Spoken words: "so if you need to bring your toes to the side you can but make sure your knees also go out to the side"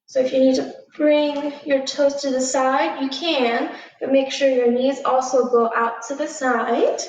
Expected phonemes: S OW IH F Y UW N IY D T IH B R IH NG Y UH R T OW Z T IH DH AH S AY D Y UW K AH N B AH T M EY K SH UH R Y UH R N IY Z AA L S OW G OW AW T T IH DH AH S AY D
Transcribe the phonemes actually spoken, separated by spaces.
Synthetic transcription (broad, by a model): S OW IH F Y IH N IY D T IH B R IH NG Y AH R T OW S T IH DH AH S AY D Y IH K AH N B AH T M EY K SH UH R Y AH R N IY Z AA L S OW G OW AW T T IH DH AH S AY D